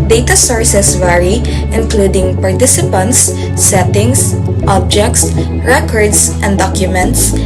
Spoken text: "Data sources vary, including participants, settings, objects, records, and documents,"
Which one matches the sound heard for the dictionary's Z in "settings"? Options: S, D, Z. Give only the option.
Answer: S